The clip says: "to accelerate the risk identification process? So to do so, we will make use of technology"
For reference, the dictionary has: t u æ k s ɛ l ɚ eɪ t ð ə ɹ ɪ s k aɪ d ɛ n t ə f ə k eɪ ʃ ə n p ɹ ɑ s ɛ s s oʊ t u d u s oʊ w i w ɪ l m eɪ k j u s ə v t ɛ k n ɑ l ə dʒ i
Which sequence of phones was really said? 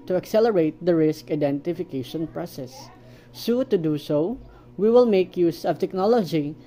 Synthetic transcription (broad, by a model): t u æ k s ɛ l ɚ eɪ t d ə ɹ ɪ s k aɪ d ɛ n t ə f ə k eɪ ʃ ə n p ɹ ɑ s ɛ s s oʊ t u d u s oʊ w i w ɪ l m eɪ k j u s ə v t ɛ k n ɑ l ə dʒ i